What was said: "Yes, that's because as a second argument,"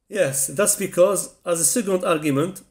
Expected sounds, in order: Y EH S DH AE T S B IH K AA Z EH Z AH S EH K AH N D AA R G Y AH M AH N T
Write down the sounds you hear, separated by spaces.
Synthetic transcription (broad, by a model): Y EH S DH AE T S B IH K AA Z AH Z AH S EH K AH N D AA R G Y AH M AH N T